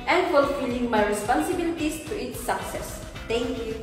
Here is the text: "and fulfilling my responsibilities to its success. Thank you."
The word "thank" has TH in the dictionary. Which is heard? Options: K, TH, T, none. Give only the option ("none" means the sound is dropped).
T